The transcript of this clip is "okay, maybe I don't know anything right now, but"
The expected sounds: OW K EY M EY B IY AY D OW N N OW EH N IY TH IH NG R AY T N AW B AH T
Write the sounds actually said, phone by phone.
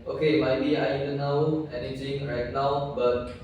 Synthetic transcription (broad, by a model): OW K EY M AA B IY AY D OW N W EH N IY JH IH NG R AY T N AW B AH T